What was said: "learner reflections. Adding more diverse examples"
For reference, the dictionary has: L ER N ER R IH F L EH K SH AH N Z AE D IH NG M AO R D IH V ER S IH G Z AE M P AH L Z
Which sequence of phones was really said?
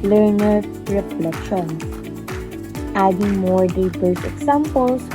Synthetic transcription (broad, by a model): L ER N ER R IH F L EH K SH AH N AE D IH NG M AO R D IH B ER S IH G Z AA M P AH L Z